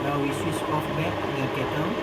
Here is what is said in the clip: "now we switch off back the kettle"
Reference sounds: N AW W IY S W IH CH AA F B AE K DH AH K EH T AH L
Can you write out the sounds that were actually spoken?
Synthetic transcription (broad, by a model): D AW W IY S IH S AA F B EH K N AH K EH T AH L